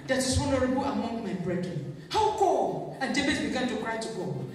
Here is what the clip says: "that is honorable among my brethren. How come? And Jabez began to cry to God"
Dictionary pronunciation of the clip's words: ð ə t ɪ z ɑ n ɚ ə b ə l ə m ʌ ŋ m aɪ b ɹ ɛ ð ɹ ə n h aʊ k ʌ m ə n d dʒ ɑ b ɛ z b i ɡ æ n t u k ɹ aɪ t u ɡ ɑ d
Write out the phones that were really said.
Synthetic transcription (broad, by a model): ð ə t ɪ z ɑ n ɚ ə b ə l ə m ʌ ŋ m aɪ b ɹ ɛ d ɹ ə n h aʊ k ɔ ə n d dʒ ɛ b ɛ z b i ɡ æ n t u k ɹ aɪ t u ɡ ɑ